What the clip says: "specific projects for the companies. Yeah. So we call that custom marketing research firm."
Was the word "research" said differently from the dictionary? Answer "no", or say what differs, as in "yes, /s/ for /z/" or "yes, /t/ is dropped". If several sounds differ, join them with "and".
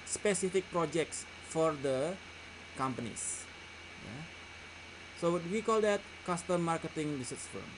yes, /s/ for /tʃ/